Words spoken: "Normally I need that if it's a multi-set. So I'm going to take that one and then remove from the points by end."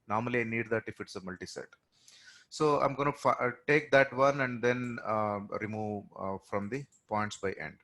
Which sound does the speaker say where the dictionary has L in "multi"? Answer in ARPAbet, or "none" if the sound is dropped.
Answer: L